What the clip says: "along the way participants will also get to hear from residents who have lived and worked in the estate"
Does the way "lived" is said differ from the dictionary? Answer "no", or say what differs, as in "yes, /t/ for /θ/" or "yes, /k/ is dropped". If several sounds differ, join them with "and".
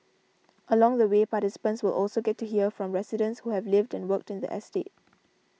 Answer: no